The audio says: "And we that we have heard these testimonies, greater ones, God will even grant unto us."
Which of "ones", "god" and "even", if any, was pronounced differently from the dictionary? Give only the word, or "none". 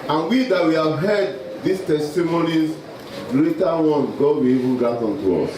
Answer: ones